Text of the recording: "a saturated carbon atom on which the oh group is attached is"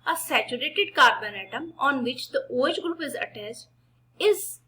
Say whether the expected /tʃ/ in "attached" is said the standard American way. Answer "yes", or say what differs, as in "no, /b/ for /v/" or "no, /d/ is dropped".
no, /s/ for /tʃ/